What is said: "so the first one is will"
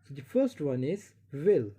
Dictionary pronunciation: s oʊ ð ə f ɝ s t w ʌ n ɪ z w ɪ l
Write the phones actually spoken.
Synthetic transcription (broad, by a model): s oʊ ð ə f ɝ s t w ʌ n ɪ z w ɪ l